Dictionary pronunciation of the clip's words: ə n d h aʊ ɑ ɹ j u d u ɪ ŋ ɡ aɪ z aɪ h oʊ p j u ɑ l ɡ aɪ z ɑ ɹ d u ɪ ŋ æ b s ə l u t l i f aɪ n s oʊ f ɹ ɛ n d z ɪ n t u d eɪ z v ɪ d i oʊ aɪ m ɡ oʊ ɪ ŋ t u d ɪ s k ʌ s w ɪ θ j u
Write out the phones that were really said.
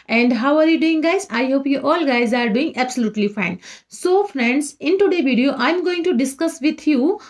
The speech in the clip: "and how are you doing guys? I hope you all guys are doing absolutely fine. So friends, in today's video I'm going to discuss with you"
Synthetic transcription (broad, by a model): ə n d h aʊ ɑ ɹ j u d u ɪ ŋ ɡ aɪ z aɪ h oʊ p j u ɑ l ɡ aɪ z ɑ ɹ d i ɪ ŋ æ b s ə l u t l i f aɪ n s oʊ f ɹ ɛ n d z ɪ n t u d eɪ v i d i oʊ aɪ m ɡ oʊ ɪ ŋ t u d ɪ s k ʌ s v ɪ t j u